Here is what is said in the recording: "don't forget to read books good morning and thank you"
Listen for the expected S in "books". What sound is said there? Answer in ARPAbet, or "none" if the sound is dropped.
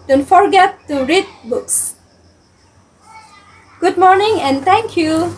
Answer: S